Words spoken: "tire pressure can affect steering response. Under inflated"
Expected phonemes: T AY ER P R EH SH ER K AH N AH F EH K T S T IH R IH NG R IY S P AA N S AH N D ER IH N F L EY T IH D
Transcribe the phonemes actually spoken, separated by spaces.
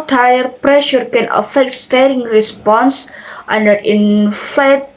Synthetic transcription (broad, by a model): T AY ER P R EH SH ER K AH N AH F EH K T S T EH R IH NG R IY S P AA N S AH N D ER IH N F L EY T